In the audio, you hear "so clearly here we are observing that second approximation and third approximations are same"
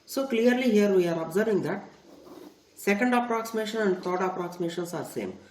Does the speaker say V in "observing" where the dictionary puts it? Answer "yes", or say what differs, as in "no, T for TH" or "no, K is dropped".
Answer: yes